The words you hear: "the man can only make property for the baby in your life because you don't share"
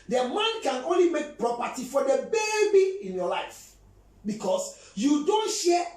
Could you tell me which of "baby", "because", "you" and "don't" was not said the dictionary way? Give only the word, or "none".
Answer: because